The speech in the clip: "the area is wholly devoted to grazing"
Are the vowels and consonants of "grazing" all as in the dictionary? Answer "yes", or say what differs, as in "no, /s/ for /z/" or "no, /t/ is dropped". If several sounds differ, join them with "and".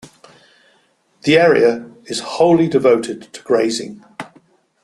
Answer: yes